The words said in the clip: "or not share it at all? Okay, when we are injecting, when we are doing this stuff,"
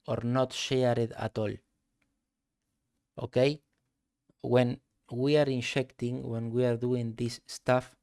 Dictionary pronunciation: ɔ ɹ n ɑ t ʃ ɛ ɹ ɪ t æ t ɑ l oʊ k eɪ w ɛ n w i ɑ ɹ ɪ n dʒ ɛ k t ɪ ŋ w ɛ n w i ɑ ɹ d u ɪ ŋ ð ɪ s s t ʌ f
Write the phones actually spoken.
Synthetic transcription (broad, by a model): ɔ ɹ n ɑ t ʃ ɛ ɹ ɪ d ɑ t ɑ l oʊ k eɪ w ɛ n w i ɑ ɹ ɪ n ʃ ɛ k t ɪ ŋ w ɛ n w i ɑ ɹ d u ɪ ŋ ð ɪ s s t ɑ f